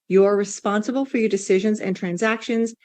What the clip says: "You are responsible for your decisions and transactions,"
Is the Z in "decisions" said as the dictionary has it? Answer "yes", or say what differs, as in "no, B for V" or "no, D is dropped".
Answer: yes